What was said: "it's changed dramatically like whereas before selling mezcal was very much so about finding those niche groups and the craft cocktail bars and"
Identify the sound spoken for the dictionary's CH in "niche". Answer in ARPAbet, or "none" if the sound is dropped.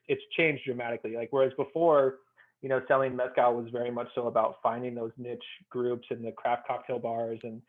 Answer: CH